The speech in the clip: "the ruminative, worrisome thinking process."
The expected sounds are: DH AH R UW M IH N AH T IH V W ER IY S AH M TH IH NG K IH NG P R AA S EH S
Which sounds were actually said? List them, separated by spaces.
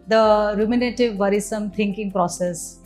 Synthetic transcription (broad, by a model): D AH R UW M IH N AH T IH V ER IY S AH M T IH NG K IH NG P R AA S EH S